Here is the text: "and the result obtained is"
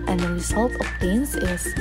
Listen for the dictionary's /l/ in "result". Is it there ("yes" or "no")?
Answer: yes